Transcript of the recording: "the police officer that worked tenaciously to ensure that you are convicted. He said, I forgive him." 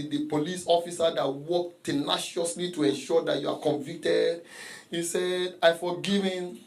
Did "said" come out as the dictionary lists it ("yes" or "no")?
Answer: yes